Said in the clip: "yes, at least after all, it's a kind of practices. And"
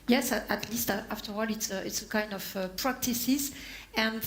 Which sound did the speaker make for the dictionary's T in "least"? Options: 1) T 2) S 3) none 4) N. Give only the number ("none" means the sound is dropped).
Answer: 1